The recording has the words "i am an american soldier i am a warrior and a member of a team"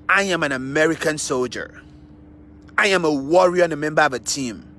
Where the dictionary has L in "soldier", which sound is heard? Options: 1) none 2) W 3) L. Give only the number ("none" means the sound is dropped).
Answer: 3